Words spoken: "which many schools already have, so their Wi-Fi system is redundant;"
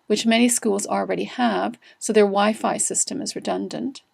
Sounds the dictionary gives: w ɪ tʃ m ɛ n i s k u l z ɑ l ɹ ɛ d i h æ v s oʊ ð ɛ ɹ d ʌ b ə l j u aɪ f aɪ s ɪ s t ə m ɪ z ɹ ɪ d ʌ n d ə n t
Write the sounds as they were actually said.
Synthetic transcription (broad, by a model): w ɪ tʃ m ɛ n i s k u l z l ɹ ɛ d i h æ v s oʊ ð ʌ ɹ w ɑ ə f aɪ s ɪ s t ə m ɪ z ɹ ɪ d ʌ n d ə n t